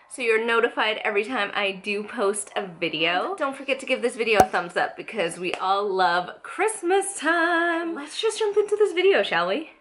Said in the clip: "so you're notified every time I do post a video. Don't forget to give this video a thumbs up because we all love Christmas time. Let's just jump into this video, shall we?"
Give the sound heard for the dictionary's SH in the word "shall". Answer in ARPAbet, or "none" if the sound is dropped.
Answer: SH